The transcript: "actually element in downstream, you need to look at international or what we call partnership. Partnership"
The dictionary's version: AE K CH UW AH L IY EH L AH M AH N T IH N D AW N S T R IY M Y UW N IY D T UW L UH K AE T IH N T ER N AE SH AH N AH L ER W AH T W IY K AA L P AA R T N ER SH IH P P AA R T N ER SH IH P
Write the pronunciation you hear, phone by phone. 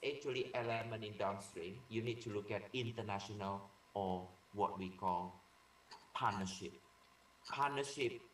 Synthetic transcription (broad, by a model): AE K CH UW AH L IY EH L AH M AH N IH N D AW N S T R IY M Y UW N IY D T UW L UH K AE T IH N T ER N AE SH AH N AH L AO W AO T W IY K AA L P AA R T N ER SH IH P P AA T N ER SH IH P